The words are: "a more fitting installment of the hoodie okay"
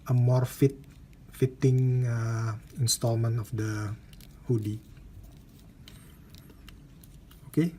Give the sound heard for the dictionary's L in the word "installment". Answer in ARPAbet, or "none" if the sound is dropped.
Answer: L